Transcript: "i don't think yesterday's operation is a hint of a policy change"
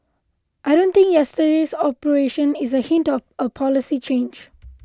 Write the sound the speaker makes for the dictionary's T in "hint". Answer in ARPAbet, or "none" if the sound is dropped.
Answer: T